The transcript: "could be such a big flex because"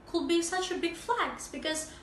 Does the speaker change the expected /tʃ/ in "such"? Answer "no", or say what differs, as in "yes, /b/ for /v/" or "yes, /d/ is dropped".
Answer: no